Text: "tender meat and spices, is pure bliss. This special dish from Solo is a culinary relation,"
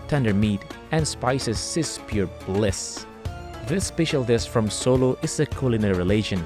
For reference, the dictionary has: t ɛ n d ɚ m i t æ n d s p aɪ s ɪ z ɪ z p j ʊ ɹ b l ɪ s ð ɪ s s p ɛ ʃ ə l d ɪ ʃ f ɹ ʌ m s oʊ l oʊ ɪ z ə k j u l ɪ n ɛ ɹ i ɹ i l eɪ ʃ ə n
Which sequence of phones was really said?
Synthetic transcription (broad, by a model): t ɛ n d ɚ m i t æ n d s p aɪ s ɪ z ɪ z p j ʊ ɹ b l ɪ s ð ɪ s s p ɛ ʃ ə l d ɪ s f ɹ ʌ m s oʊ l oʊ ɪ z ə k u l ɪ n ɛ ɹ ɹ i l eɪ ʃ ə n